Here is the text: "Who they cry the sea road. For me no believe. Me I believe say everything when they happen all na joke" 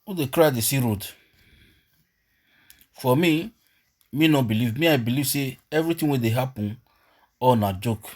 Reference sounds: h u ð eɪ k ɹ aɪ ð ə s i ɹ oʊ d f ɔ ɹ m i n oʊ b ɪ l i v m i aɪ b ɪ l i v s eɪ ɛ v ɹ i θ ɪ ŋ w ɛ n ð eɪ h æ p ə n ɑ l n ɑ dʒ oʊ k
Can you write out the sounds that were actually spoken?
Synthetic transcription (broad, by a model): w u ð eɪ k ɹ aɪ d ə s i ɹ oʊ d f ɔ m m i n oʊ b ɪ l i v m i aɪ b ɪ l i v s eɪ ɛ v ɹ i t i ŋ w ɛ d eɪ h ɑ p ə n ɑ n ɑ dʒ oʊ k